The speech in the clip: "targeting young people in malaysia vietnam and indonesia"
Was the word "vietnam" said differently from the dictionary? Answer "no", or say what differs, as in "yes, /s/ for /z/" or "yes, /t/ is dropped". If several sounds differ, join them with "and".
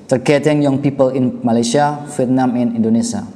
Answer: yes, /f/ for /v/